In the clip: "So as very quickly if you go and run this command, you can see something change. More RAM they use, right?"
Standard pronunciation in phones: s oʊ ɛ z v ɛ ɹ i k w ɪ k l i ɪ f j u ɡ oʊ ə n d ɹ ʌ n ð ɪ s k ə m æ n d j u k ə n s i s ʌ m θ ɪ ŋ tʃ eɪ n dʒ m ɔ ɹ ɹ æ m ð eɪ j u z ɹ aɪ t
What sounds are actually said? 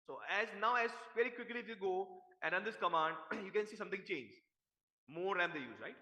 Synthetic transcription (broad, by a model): s oʊ ɛ z v ɛ ɹ i k w ɪ k l i ɪ f j u ɡ oʊ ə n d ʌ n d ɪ s k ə m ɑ n d j u k ə n s i s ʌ m t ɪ ŋ tʃ eɪ n dʒ m ɔ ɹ ɹ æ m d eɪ j u z ɹ aɪ t